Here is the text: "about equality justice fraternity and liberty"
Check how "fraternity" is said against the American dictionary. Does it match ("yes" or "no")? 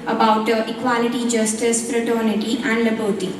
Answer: no